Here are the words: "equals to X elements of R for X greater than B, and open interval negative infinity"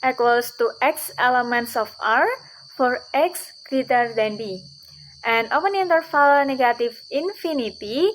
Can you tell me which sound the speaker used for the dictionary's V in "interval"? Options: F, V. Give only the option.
F